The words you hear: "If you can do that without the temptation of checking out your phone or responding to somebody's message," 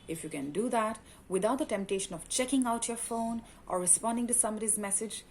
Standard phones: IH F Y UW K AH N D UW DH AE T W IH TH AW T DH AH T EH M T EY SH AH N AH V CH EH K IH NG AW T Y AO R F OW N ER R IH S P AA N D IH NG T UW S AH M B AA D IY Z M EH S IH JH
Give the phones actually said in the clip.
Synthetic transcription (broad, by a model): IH F Y UW K AH N D UW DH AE T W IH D AW T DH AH T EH M T EY SH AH N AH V CH EH K IH NG AW T Y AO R F OW N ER R IH S P AA N D IH NG T UW S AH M AH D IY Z M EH S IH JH